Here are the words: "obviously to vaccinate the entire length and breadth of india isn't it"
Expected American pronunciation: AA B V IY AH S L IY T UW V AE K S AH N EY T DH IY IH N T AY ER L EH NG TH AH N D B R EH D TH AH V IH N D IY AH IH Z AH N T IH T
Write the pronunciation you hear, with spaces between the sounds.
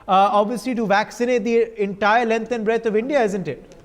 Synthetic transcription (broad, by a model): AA B V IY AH S L IY T UW V AE K S AH N EY T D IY IH N T AY ER L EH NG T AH N B R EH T AH V IH N D IY AH IH Z AH N T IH T